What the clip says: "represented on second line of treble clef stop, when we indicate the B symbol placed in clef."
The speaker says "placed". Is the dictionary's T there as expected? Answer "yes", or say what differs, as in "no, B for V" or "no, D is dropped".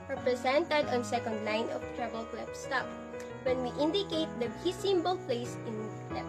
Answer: no, T is dropped